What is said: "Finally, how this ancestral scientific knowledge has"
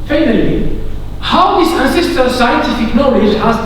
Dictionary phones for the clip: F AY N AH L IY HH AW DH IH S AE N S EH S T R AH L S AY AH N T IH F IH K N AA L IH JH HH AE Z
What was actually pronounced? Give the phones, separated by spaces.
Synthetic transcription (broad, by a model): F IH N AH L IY HH AW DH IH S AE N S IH S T AH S AY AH N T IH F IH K N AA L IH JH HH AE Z